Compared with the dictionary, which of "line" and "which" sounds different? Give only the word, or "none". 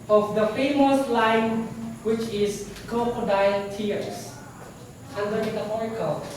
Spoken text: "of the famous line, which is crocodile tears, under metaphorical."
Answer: none